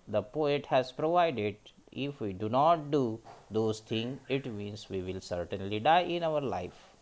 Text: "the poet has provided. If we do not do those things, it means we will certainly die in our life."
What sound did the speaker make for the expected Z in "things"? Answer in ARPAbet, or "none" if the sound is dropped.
none